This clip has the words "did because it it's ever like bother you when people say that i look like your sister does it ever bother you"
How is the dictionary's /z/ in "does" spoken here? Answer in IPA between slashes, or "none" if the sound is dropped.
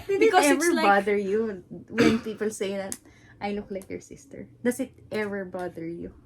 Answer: /s/